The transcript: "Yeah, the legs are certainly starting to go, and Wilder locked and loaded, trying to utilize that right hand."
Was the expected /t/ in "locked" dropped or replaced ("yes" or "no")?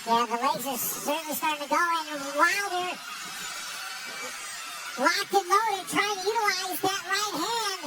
yes